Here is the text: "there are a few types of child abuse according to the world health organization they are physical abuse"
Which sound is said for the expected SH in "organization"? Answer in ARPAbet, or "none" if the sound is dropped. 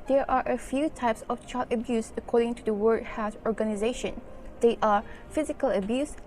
SH